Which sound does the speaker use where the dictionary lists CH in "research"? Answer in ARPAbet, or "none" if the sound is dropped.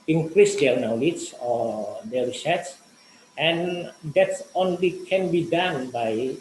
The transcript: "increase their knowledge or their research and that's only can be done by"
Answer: S